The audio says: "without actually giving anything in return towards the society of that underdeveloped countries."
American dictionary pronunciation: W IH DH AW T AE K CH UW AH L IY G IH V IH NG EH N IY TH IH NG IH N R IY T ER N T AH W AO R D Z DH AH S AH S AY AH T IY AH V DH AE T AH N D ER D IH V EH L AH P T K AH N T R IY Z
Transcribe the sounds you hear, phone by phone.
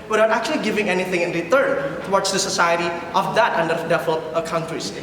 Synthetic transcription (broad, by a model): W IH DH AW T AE K CH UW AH L IY G IH V IH NG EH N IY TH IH NG IH N R IY T ER N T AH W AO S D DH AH S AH S AY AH T IY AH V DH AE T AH N D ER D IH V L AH T K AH N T R IY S